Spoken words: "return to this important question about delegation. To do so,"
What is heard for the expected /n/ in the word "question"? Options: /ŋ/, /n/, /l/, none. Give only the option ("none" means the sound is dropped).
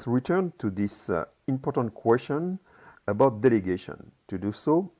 /n/